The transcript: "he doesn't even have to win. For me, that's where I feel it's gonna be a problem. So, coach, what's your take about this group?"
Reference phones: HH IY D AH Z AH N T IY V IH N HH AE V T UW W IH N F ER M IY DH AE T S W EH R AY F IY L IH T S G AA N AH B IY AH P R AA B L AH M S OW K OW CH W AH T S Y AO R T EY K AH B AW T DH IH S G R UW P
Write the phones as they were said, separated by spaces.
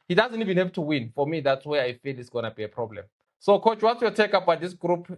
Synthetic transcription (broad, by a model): HH IY D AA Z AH N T IY V IH N HH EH P T UW W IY N F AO M IY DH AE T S W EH AY F IY L IH T S G AA N AH B IY AH P R AA B L AH M S OW K OW CH W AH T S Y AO T EY K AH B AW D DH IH S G R UW P